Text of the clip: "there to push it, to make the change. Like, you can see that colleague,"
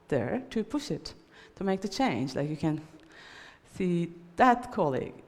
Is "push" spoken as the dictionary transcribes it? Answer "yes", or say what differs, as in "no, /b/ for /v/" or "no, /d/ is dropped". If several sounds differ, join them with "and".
yes